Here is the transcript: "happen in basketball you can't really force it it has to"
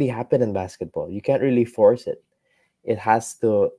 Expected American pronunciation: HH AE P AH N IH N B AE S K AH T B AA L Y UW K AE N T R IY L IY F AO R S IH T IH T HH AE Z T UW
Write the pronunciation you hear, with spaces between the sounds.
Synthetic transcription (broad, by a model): HH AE P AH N IH N B AE S K AH T B AA L Y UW K AE N T R IY L IY F AO R S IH T IH T HH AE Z T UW